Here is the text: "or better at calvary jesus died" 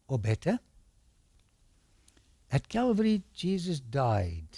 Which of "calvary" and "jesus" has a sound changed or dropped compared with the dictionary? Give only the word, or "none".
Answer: none